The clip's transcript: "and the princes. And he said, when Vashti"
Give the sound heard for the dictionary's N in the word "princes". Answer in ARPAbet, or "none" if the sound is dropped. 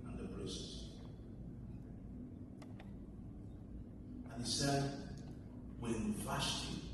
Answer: none